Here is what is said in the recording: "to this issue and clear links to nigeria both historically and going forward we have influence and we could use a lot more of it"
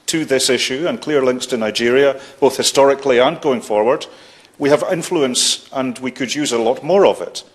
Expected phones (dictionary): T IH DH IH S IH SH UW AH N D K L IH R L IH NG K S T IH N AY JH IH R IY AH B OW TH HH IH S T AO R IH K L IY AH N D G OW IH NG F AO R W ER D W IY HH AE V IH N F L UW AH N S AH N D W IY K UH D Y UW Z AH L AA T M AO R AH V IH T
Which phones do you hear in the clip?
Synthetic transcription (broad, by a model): T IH DH IH S IH SH UW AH N K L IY R L IH NG K S T IH N AY JH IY R IY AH B OW TH HH IH S T AO R IH K L IY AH N G OW IH NG F AO R W ER D W IY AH V IH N F L UW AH N S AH N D W IY K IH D Y UW Z AH L AA T M AO R AH V IH T